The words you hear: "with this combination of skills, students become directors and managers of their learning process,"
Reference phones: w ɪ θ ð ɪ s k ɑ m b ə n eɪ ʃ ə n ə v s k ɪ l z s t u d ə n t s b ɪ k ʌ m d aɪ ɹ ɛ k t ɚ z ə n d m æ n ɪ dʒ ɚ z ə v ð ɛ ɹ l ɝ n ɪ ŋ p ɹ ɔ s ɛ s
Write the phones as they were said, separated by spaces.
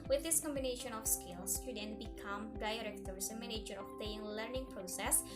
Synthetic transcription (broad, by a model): w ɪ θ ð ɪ s k ɑ m b ə n eɪ ʃ ə n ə f s k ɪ l s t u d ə n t b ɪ k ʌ m d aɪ ɹ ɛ k t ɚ s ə m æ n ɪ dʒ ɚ ə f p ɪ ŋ l ɝ n ɪ ŋ p ɹ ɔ s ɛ s